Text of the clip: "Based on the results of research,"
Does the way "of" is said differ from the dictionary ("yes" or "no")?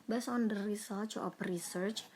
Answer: yes